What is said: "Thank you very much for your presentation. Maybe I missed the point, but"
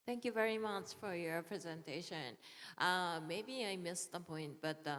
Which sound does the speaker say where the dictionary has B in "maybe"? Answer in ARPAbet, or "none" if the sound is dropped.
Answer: B